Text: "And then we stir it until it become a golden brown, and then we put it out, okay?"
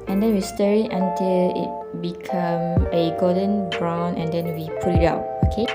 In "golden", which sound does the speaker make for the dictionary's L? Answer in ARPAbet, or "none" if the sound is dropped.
none